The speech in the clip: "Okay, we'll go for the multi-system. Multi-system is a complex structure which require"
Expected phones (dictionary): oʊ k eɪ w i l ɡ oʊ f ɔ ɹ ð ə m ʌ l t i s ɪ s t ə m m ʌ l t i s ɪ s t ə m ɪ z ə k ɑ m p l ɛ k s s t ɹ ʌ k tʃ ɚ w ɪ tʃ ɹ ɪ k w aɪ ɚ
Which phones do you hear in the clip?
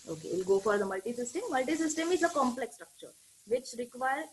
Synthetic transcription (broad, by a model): oʊ k eɪ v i l ɡ oʊ f ɔ ɹ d ə m ʌ l t i s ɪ s t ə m m ʌ l t i s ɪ s t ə m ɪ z ə k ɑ m p l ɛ k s s t ɹ ʌ k tʃ ɚ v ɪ tʃ ɹ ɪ k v aɪ ɚ